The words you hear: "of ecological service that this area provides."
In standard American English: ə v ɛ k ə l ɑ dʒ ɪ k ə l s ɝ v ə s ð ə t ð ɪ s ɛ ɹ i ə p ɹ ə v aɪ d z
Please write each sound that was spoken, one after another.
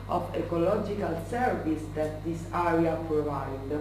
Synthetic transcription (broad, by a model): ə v ɛ k ə l ɑ dʒ ɪ k ə l s ɝ v ə s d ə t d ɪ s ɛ ɹ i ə p ɹ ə v aɪ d